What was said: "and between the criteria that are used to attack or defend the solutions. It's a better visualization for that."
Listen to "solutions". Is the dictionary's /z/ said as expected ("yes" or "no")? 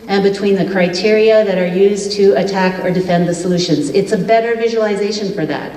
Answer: yes